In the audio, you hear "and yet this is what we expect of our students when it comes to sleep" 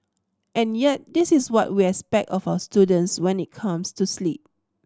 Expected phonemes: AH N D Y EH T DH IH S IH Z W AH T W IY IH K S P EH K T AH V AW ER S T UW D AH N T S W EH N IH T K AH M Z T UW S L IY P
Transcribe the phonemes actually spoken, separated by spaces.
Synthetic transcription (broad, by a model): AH N Y EH T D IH S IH S W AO T W IY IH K S P EH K T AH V AW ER S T UW D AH N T S W EH N IH T K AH M S T UW S L IY P